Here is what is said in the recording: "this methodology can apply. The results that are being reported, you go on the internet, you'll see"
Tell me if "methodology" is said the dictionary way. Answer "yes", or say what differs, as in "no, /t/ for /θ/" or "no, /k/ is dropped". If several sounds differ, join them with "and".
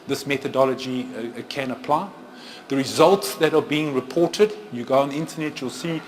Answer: yes